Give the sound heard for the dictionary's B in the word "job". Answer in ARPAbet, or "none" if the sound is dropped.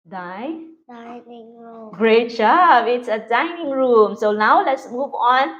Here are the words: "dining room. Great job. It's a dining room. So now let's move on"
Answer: none